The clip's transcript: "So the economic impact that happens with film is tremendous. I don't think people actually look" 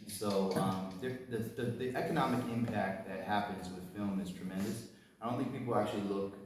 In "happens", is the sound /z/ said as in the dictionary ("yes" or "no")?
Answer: yes